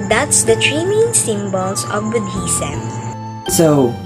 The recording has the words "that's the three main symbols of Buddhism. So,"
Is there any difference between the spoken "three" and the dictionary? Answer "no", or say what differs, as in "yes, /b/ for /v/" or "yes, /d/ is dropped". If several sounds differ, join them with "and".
yes, /t/ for /θ/